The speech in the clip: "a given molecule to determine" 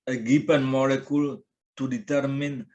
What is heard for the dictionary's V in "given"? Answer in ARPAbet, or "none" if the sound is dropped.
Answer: P